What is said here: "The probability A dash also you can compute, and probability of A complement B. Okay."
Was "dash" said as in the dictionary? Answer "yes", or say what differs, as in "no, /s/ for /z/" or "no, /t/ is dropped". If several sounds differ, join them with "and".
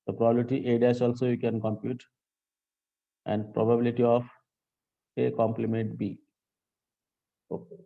no, /s/ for /ʃ/